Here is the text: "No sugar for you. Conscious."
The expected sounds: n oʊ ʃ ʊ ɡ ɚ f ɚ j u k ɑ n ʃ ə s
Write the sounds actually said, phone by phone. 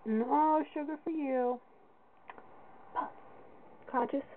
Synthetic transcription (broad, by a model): n oʊ ʃ ʊ ɡ ɚ f ɚ j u k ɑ n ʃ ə s